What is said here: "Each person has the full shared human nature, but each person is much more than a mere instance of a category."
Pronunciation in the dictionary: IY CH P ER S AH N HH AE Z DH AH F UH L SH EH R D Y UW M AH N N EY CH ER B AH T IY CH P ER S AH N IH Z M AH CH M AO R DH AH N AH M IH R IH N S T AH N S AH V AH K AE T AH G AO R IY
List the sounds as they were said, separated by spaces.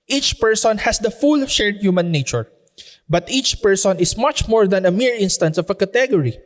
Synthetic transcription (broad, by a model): IY CH P ER S AH N HH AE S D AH F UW L SH EH R D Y UW M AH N N EY CH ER B AH T IY CH P ER S AH N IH S M AH CH M AO R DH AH N AH M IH R IH N S T AH N S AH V AH K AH T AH G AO R IY